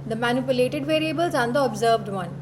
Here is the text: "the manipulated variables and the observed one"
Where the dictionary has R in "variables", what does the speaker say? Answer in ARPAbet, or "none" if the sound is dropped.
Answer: R